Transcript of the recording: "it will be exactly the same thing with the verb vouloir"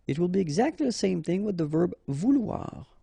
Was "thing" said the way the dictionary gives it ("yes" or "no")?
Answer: yes